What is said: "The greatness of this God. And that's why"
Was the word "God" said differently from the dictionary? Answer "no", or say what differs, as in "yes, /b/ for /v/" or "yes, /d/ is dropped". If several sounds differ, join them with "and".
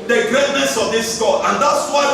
yes, /d/ is dropped